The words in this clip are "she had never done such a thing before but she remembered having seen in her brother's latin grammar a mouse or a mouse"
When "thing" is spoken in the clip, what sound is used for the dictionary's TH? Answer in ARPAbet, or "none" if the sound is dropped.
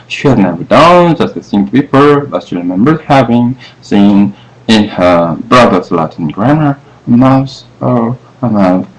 S